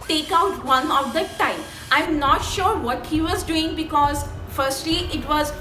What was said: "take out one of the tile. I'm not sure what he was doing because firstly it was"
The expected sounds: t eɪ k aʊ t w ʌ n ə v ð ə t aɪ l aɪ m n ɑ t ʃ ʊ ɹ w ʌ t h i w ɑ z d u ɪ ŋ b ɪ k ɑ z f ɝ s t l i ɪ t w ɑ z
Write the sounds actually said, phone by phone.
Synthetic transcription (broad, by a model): t eɪ k aʊ t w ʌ n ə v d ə t aɪ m aɪ m n ɑ t ʃ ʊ ɹ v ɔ t h i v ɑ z d u ɪ ŋ b ɪ k ɑ z f ɝ s t l i ɪ t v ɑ z